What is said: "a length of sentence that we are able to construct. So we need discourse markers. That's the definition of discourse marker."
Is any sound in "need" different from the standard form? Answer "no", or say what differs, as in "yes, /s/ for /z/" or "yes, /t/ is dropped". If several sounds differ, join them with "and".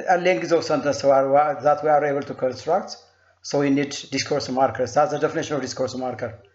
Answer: no